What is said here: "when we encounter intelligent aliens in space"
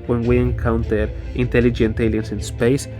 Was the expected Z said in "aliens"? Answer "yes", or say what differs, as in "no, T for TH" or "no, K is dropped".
no, S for Z